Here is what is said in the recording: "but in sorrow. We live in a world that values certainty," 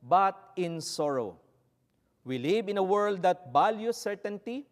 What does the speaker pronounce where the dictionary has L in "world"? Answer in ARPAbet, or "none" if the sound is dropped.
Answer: L